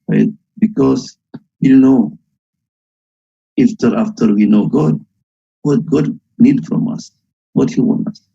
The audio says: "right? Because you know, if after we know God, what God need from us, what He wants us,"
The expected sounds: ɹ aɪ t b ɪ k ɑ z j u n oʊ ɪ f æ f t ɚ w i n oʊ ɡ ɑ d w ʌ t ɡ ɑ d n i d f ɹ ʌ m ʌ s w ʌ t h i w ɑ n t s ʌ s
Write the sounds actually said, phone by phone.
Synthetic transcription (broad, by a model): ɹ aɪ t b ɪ k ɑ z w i n oʊ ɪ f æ f t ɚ w i n oʊ ɡ ɑ d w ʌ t ɡ ɑ d n i d f ɹ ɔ m ʌ s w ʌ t h i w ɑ n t ʌ s